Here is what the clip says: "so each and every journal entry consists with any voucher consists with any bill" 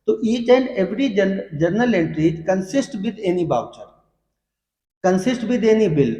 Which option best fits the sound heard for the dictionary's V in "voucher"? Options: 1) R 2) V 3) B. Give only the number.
3